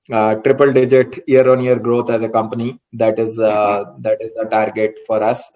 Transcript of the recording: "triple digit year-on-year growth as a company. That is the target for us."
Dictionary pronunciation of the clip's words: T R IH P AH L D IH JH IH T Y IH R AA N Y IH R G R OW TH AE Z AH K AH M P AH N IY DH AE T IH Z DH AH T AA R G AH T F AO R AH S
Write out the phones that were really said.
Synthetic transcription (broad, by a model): T R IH P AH L D IH JH IH T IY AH R AA N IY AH R G R OW T AE Z AH K AH M P AH N IY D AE T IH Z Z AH T AA R G AH T F AO R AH S